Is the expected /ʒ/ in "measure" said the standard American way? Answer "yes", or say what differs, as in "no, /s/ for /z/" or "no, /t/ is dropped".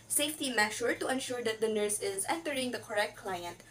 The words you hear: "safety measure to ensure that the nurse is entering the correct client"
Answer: no, /ʃ/ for /ʒ/